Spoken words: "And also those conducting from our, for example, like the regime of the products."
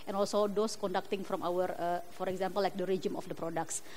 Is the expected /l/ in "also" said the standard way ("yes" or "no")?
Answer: yes